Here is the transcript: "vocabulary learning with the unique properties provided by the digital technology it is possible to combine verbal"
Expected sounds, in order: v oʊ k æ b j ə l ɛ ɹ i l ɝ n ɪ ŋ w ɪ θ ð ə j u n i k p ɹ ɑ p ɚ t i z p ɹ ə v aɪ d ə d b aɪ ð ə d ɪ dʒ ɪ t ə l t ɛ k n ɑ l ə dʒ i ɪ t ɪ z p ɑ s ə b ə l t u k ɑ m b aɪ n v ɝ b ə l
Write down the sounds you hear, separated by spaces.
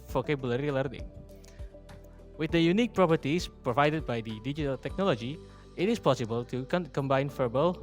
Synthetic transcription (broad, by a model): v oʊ k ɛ b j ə l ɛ ɹ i l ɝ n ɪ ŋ w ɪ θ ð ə j u n i k p ɹ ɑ p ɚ t i s p ɹ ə v aɪ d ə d b aɪ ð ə d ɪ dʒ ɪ t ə l t ɛ k n ɑ l ə dʒ i ɪ t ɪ s p ɑ s ə b ə l t u k ɑ m b aɪ n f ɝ b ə l